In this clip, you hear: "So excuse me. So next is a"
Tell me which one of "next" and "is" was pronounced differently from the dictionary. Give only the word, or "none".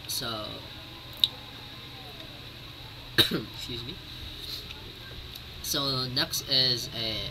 none